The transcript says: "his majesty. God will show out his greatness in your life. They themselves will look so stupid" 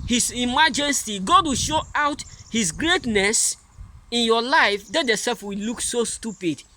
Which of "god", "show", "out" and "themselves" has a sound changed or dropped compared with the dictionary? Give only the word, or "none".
themselves